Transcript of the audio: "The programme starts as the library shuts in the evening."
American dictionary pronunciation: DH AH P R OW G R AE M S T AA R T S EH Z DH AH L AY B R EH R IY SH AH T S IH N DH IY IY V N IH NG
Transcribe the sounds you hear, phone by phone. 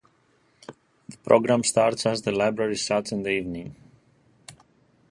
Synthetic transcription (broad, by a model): DH AH P R OW G R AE M S T AA R T S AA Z DH AH L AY B R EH R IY S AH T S IH N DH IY IY V N IH NG